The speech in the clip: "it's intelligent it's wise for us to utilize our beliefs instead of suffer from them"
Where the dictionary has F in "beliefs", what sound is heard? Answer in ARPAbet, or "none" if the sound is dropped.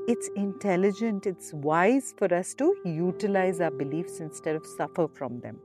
F